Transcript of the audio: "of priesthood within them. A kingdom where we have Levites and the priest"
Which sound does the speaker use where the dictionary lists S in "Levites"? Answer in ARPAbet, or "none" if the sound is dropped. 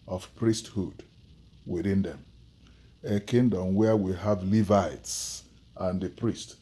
S